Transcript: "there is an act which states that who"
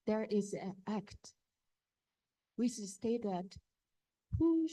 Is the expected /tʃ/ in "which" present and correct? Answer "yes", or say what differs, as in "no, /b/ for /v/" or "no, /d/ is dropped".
no, /s/ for /tʃ/